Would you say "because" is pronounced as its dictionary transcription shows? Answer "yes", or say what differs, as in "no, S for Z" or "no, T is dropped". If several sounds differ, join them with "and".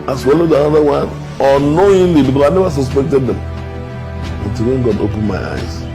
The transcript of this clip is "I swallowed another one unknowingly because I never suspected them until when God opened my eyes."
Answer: no, Z is dropped